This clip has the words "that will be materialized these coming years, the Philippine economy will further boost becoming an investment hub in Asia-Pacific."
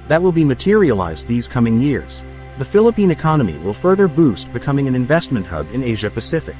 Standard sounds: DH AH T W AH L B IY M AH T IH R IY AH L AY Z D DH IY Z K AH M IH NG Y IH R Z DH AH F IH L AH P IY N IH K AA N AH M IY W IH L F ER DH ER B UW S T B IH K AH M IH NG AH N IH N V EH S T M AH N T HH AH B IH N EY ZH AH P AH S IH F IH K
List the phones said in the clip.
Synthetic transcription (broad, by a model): DH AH T W AH L B IY M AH T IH R IY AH L AY Z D DH IY Z K AH M IH NG Y IH R Z DH AH F IH L AH P IY N IH K AA N AH M IY W IH L F ER DH ER B UW S T B IH K AH M IH NG AH N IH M V EH S T M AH N T HH AH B IH N EY ZH AH P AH S IH F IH K